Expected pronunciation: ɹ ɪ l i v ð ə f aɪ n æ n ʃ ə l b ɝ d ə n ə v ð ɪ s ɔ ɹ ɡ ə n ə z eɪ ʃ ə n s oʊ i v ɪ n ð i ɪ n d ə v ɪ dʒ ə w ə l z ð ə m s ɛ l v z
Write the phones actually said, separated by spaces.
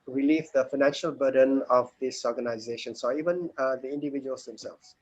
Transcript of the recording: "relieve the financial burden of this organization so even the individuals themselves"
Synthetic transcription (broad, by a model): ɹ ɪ l i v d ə f aɪ n æ n ʃ ə l b ɝ d ə n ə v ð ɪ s ɔ ɹ ɡ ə n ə z eɪ ʃ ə n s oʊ i v ɪ n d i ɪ n d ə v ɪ dʒ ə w ə l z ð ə m s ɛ l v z